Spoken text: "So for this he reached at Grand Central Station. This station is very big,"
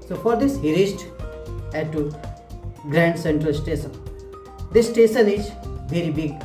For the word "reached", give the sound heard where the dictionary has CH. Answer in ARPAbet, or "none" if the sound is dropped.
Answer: S